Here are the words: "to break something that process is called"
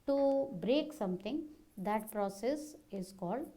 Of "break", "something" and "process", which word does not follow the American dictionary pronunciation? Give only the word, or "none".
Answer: something